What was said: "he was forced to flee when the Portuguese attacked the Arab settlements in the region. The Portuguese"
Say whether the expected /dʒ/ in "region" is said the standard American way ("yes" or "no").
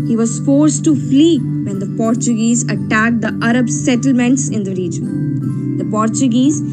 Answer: yes